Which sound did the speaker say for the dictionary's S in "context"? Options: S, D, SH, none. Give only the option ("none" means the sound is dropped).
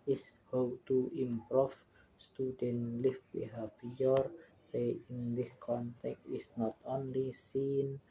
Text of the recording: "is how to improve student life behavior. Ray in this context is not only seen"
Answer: none